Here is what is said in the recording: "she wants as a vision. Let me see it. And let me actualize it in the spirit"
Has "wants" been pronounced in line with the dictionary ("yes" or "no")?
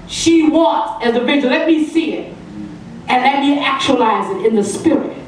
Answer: no